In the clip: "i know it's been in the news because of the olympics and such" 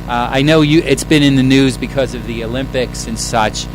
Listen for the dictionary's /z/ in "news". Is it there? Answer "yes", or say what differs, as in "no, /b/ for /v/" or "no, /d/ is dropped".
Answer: yes